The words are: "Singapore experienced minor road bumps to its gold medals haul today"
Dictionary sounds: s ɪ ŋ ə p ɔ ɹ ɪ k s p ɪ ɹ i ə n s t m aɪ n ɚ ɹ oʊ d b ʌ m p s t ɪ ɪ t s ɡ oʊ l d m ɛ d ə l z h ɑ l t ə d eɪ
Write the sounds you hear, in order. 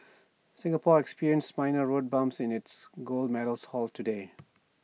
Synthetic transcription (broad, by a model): s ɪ ŋ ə p ɔ ɹ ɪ k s p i ɹ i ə n s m aɪ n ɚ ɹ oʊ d b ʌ m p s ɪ ɪ t s ɡ oʊ l d m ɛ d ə l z h ɑ l t ə d eɪ